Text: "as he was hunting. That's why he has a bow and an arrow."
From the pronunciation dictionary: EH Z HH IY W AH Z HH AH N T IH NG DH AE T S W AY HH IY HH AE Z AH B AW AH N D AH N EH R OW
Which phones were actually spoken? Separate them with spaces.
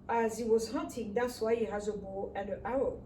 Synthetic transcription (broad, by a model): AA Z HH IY W AH Z HH AH N T IH NG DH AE T S W AY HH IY HH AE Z AH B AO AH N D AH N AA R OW